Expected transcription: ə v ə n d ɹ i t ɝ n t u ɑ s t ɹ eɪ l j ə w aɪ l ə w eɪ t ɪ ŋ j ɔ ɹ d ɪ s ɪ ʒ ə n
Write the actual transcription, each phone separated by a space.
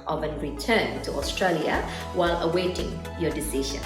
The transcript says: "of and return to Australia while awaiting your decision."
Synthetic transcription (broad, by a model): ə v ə n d ɹ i t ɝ n t u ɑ s t ɹ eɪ l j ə w aɪ l ə w eɪ t ɪ ŋ j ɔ d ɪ s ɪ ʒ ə n